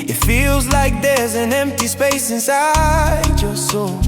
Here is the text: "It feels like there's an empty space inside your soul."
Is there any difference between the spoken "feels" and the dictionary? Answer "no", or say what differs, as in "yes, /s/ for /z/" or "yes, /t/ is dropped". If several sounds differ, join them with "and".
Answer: no